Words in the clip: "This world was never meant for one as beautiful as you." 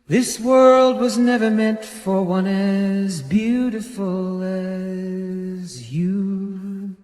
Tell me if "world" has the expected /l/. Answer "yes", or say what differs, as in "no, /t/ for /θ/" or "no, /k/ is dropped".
yes